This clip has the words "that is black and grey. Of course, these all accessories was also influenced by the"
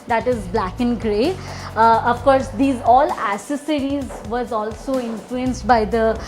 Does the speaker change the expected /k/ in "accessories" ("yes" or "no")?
yes